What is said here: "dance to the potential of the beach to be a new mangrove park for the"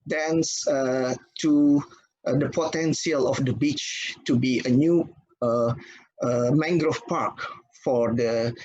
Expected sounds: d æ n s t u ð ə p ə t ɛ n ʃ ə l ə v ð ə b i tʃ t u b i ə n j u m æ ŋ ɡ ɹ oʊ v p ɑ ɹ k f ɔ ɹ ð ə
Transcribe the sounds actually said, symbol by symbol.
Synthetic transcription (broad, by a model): d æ n s t u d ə p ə t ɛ n s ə l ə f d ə b i tʃ t u b i ə n j u m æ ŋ ɡ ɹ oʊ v p ɑ ɹ k f ɔ ɹ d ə